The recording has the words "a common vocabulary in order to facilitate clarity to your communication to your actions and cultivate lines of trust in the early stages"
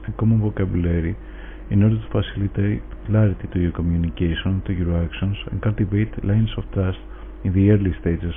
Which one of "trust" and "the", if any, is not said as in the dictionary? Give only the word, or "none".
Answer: none